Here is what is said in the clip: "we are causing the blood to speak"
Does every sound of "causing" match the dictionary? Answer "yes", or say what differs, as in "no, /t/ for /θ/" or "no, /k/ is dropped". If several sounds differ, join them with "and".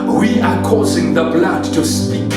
yes